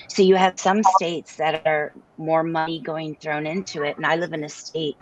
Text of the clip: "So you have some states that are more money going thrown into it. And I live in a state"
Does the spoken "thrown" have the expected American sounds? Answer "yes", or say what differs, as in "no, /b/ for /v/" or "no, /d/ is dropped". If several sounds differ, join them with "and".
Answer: yes